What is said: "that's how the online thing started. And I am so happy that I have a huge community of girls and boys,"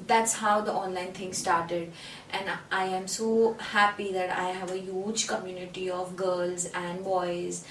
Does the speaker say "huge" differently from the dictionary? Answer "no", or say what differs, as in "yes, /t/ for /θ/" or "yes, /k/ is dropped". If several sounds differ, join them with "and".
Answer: no